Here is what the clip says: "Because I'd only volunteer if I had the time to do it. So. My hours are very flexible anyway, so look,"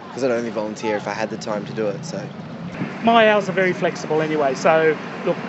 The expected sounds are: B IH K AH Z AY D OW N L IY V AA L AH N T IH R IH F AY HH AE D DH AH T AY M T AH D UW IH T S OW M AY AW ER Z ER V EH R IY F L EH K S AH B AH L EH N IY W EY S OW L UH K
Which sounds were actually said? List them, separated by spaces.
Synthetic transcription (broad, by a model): K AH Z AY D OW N L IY V AA L AH N T IH R IH F AY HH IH D DH AH T AY M T AH D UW IH T S OW M AY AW Z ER V EH R IY F L EH K S AH B AH L EH N IY W EY S OW L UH K